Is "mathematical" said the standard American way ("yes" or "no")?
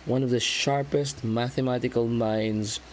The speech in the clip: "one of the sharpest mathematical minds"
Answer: yes